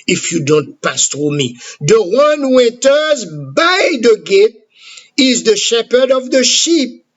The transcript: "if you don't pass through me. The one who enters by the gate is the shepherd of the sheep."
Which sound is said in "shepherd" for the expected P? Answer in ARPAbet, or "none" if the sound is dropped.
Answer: P